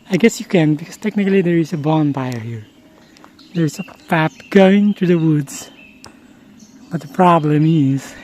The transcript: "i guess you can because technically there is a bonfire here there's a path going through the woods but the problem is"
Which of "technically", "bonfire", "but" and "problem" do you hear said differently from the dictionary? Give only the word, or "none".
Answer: bonfire